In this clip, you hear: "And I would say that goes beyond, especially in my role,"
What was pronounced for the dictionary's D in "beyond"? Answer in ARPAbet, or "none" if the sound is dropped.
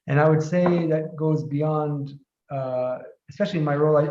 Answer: D